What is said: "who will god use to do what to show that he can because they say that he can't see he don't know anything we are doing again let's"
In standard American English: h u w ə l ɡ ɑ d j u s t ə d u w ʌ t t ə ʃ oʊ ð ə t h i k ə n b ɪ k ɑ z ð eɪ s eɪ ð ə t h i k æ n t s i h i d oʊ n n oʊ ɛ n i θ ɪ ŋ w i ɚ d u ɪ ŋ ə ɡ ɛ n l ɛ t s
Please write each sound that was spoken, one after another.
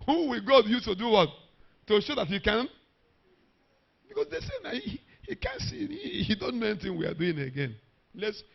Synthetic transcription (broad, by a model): h u w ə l ɡ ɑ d j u t ə d u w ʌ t t ə ʃ oʊ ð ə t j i k ə n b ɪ k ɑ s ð eɪ s eɪ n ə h h i k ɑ n s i h i d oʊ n n oʊ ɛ n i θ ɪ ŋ w i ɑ d u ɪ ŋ ə ɡ ɛ n l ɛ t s